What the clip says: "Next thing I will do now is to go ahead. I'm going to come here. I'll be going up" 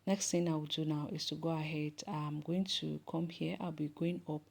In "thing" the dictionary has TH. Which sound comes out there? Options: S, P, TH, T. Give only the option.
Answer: T